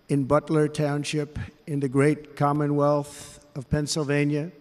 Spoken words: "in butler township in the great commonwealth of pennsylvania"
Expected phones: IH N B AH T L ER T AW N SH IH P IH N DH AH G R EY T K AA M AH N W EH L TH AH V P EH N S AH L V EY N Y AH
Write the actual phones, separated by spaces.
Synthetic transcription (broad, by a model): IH N B AH T L ER T AW N SH IH P IH N DH AH G R EY T K AA M AH N W EH L TH AH V P EH N S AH L V EY N Y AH